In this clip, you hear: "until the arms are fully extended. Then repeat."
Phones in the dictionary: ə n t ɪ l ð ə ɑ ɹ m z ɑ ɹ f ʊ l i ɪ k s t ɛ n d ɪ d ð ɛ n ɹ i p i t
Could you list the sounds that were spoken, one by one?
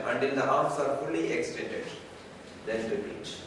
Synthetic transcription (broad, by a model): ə n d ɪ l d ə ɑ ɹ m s ɑ ɹ f ʊ l i ɪ k s t ɛ n d ɪ d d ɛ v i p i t